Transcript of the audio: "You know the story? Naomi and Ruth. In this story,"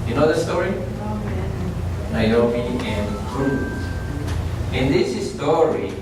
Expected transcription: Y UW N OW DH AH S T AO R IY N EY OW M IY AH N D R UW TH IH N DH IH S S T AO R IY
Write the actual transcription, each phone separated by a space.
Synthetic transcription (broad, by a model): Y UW N OW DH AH S T AO R IY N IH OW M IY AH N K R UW S IH N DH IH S S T AO R IY